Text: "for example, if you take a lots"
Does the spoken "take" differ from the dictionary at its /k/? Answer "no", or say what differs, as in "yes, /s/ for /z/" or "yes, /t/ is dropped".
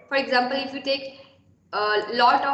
no